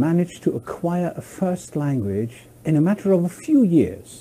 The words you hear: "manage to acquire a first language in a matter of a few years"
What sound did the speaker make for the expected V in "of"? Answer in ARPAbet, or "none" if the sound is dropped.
V